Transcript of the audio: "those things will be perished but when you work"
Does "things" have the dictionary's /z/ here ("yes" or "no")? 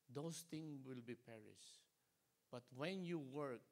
no